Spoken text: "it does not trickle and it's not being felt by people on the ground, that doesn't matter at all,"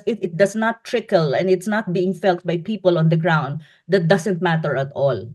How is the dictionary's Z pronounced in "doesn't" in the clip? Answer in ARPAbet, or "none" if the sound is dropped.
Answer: S